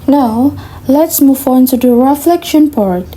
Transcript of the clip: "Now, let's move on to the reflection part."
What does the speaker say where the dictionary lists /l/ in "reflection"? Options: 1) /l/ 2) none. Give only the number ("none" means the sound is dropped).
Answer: 1